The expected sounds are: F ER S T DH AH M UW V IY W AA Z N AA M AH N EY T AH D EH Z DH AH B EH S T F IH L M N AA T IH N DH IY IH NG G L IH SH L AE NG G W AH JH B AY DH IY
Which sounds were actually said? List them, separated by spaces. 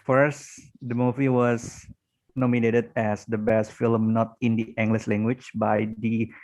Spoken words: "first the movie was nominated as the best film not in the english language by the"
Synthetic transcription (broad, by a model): F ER S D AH M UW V IY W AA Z N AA M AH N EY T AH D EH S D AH B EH S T F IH L M N AA T IH N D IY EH NG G L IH S L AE NG G W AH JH B AY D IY